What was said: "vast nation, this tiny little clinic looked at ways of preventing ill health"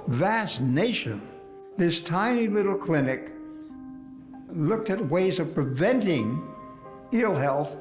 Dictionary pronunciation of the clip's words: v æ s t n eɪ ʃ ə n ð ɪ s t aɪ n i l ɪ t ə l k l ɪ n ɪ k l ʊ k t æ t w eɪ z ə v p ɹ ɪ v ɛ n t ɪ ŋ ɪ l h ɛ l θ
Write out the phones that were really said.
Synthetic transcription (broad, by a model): v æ s n eɪ ʃ ə n ð ɪ s t aɪ n i l ɪ t l k l ɪ n ɪ k l ʊ k t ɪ t w eɪ z ə v p ɹ ɪ v ɛ n t ɪ ŋ ɪ l h ɛ l θ